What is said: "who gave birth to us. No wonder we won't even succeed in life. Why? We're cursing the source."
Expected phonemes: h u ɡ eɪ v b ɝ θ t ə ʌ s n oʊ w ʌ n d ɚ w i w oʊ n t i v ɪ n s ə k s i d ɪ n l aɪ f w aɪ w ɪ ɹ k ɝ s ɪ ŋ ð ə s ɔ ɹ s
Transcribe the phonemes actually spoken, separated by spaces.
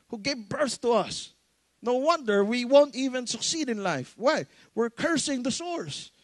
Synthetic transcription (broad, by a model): h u ɡ eɪ v b ɝ θ t ə ʌ s n oʊ w ʌ n d ɚ w i w oʊ n t i v ɪ n s ə k s i d ɪ n l aɪ f w aɪ w ɪ ɹ k ɝ s ɪ ŋ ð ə s ɔ ɹ s